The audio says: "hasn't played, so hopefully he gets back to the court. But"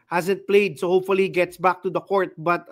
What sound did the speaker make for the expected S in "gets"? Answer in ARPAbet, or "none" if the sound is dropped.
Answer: S